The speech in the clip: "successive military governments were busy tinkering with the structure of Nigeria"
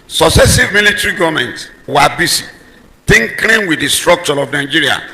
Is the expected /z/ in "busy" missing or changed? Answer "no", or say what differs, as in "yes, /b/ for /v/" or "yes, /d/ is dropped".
yes, /s/ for /z/